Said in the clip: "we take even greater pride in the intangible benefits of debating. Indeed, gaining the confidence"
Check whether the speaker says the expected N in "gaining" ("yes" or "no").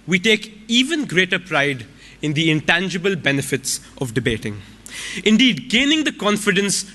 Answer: yes